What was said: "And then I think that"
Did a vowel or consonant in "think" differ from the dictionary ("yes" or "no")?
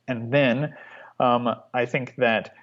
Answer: no